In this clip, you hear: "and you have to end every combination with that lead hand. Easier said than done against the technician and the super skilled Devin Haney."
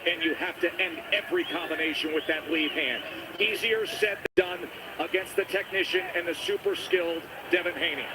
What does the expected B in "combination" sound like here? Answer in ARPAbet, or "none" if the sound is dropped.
B